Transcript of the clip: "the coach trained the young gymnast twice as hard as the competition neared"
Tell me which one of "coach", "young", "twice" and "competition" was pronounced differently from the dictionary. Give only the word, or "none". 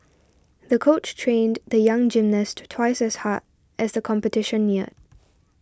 none